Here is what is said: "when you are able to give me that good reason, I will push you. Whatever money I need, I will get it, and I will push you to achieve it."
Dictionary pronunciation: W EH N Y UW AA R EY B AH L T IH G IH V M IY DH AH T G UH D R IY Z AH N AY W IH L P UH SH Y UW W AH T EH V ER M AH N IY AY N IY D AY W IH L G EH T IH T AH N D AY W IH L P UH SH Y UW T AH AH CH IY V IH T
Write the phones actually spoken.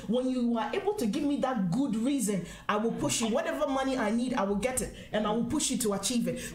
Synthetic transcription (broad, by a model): W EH N Y UW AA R EY B AH L T IH G IH V M IY DH AH T G UH D R IY Z AH N AY W IH L P UH SH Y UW W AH T EH V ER M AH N IY AY N IY D AY W IH L G EH T IH T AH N AY W IH L P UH SH Y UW T AH AH CH IY V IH T